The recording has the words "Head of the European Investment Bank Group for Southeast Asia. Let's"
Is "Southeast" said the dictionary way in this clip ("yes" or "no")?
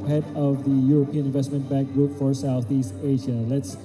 yes